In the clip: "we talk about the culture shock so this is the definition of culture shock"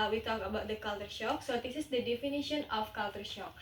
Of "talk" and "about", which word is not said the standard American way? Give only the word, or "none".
none